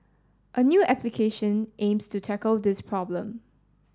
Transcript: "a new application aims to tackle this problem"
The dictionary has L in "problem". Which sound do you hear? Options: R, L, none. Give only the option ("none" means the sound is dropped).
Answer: L